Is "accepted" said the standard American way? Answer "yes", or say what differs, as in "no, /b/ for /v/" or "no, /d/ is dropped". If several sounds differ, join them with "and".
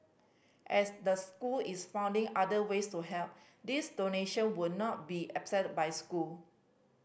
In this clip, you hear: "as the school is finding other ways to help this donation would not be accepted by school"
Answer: no, /s/ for /t/